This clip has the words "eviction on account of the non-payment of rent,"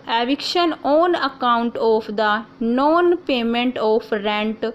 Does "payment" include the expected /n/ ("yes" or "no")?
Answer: yes